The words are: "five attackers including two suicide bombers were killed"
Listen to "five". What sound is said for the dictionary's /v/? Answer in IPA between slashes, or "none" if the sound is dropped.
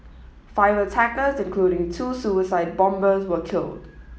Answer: /v/